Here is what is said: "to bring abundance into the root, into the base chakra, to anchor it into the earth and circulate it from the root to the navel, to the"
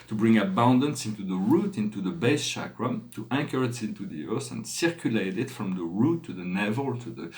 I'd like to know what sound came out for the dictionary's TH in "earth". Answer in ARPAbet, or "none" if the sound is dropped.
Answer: S